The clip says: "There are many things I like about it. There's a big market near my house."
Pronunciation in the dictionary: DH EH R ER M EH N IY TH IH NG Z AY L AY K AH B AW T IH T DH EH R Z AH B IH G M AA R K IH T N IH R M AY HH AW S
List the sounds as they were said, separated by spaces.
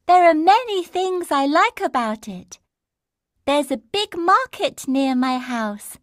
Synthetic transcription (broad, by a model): DH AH R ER M EH N IY TH IH NG Z AY L AY K AH B AW T IH T DH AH R Z AH B IH G M AA R K IH T N IH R M AY HH AW S